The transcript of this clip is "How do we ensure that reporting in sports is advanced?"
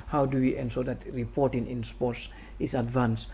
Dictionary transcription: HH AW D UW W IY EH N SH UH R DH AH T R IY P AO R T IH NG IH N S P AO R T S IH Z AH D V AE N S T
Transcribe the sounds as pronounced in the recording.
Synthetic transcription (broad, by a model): HH AW D UW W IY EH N S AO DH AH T R IY P AO R T IH NG IH N S P AO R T S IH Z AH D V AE N S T